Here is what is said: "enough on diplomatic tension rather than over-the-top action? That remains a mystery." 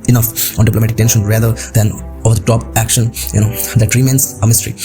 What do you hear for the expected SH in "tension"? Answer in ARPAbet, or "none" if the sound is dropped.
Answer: SH